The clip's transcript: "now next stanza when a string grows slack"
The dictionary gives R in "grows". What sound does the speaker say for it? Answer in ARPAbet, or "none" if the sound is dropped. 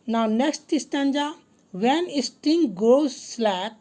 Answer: none